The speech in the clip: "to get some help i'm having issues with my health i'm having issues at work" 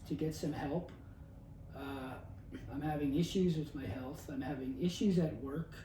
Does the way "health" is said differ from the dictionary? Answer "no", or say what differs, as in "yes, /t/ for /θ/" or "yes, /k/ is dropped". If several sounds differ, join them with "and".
no